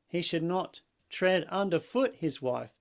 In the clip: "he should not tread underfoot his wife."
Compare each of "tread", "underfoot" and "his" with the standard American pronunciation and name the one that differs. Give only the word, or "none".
none